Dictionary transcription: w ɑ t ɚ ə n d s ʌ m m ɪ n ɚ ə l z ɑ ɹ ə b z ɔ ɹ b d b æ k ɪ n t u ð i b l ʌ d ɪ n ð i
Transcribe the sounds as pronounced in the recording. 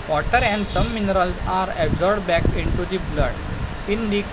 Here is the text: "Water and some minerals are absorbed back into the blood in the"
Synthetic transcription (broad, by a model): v ɑ t ɚ ə n d s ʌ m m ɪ n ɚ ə l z ɑ ɹ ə b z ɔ ɹ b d b æ k ɪ n t u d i b l ʌ d ɪ n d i